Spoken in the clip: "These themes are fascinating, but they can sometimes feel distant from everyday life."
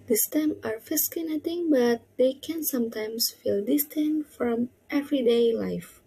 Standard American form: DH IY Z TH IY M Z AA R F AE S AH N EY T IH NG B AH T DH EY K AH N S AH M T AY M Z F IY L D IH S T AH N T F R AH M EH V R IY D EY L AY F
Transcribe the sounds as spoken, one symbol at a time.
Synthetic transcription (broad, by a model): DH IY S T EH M AA R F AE S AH N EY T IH NG B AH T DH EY K AH N S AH M T AY M S F IY L D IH S T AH N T F R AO M EH V R IY D EY L AY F